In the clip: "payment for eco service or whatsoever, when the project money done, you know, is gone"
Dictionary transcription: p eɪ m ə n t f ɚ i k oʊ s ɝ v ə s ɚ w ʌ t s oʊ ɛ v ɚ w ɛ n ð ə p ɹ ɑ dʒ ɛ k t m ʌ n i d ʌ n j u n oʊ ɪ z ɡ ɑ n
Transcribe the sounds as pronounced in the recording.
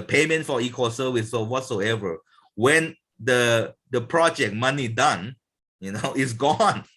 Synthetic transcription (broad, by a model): p eɪ m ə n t f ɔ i k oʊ s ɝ w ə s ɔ w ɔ t s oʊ ɛ v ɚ w ɛ n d ə p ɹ ɑ dʒ ɛ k m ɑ n i d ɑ n j u n oʊ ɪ s ɡ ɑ n